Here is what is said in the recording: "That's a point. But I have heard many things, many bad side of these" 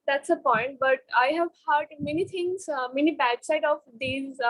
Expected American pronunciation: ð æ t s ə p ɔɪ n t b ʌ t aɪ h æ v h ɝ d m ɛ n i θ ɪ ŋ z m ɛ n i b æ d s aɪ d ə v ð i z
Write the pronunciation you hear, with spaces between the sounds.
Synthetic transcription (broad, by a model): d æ t s ə p ɔɪ n t b ʌ t aɪ h æ v h ɝ d m ɛ n i t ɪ ŋ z m ɛ n i b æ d s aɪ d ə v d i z